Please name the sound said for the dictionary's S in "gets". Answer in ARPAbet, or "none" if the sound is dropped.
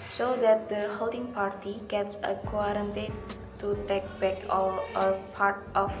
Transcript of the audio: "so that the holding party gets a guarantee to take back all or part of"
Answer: S